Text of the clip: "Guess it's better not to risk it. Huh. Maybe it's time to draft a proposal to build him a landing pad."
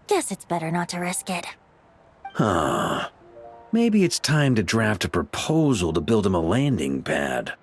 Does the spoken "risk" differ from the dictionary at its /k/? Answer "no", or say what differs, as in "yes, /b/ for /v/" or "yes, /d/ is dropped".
no